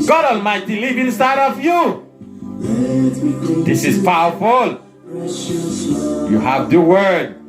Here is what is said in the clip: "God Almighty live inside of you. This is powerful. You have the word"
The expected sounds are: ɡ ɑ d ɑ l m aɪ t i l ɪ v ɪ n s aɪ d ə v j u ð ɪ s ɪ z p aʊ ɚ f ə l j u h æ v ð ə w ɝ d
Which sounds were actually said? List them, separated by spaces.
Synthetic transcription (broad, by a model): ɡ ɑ d ɑ l m aɪ t i l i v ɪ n s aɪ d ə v j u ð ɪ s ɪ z p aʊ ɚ f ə l j u h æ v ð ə w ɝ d